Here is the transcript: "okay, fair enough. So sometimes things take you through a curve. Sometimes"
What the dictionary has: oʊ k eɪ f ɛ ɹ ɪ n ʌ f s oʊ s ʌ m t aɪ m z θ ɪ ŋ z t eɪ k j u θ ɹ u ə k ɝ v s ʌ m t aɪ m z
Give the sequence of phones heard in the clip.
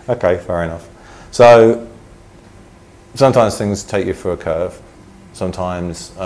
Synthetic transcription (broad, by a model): oʊ k eɪ f ɛ ɹ ɪ n ʌ f s oʊ s ʌ m t aɪ m z θ ɪ ŋ z t eɪ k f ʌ ɹ ə k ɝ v s ʌ m t aɪ m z